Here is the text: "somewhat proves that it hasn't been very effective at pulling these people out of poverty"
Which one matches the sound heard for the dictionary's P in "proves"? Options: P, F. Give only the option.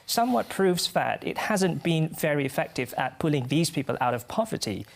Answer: P